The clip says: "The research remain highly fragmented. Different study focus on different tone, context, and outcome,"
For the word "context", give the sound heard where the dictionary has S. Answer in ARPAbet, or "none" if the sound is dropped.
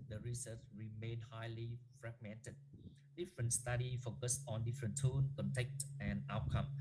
none